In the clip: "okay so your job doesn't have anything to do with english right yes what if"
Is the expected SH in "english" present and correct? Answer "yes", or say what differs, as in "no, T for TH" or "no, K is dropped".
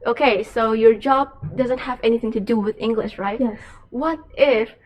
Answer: yes